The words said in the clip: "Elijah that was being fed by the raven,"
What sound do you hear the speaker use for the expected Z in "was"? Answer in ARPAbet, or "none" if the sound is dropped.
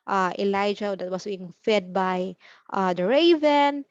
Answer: S